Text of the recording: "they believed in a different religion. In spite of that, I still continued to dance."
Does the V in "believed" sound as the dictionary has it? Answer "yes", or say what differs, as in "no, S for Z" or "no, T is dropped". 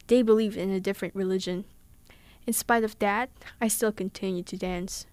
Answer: yes